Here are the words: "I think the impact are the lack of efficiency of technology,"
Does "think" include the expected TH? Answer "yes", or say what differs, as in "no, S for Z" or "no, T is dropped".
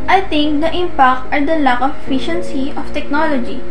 no, T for TH